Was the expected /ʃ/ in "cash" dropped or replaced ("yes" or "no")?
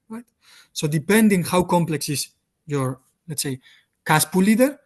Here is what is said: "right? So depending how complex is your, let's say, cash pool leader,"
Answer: yes